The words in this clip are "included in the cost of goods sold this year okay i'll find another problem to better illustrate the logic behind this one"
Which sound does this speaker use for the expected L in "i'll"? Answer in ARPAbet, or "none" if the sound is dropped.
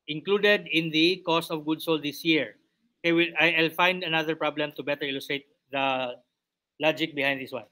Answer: L